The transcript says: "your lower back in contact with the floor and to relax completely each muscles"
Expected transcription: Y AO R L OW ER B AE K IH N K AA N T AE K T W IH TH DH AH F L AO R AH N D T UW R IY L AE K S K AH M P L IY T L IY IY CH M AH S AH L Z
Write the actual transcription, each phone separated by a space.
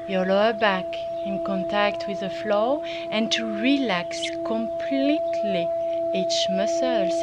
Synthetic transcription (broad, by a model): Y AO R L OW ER B AE K IH N K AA N T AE K T W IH DH AH F L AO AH N T UW R IY L AE K S K AH M P L IY T L IY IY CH M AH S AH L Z